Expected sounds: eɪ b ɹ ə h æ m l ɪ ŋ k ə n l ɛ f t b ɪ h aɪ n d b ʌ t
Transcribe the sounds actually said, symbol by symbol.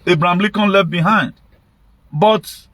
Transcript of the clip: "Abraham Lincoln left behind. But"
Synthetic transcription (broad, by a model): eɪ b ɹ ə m l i k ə n l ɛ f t b ɪ h aɪ n d b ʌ t